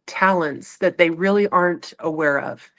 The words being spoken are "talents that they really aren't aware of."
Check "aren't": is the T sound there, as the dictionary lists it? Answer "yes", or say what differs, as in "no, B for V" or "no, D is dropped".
yes